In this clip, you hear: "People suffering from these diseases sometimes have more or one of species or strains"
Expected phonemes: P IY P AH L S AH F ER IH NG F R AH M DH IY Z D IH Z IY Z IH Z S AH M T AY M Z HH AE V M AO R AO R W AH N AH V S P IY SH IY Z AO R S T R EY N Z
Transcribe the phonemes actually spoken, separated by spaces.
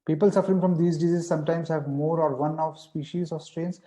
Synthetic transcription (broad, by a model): P IY P AH L S AH F ER IH NG F R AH M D IY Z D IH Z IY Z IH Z S AH M T AY M Z HH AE V M AO R AO R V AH N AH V S P IY SH IY Z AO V S T R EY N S